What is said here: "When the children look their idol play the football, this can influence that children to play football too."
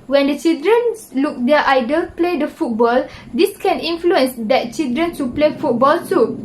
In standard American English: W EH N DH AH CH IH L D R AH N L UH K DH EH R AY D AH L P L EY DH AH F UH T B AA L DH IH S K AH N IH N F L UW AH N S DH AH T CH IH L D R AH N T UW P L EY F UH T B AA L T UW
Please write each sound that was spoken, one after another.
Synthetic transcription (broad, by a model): W EH N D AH CH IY L D R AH N L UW K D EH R AY D AH L P L EY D AH F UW T B AA L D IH S K AH N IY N F L UW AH N S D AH T CH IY L D R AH N S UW P L EY F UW T B AA L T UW